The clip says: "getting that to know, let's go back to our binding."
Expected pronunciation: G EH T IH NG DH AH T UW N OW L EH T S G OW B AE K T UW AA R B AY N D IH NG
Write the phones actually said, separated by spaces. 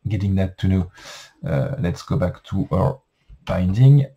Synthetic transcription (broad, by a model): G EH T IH NG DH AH T UW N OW L EH T S G OW B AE K T UW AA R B AY N D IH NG